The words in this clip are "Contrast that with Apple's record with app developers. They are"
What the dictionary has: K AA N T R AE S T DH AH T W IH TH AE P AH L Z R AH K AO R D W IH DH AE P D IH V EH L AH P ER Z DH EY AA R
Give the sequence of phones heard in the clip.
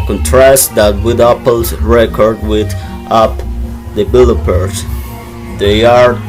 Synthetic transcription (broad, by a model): K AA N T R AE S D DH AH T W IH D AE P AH L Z R AH K AO R D W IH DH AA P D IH B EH L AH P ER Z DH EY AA R